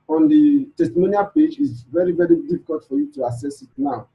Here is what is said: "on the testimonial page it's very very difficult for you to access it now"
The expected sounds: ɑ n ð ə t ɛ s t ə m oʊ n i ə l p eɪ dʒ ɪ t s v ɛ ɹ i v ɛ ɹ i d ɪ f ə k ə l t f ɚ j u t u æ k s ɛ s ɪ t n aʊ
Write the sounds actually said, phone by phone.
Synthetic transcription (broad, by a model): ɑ n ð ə t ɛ s t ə m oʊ n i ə p eɪ dʒ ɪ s v ɛ ɹ i v ɛ ɹ i d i f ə k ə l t f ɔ j u t u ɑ s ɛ s ɪ t n aʊ